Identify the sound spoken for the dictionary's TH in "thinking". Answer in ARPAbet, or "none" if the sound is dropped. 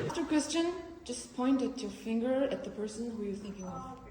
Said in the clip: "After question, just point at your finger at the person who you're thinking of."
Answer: TH